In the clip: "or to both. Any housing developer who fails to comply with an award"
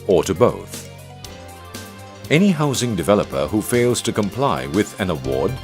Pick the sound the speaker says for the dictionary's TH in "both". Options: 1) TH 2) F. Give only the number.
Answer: 1